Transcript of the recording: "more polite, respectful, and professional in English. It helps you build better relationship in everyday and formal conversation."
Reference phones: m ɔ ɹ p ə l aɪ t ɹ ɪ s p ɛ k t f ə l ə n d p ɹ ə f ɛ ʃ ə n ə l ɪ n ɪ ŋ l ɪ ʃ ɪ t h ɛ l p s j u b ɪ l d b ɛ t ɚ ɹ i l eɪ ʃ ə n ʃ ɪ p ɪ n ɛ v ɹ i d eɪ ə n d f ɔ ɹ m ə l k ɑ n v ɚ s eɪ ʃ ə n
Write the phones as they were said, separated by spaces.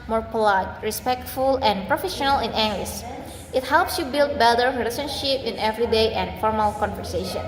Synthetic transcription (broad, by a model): m ɔ ɹ p ə l aɪ t ɹ ɪ s p ɛ k t f ə l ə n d p ɹ ə f ɛ ʃ ə n ə l ɪ n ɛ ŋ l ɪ s ɪ t h ɛ l p s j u b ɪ l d b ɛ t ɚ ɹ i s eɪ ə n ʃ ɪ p ɪ n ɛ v ɹ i d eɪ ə n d f ɔ ɹ m ə l k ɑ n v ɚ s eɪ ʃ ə n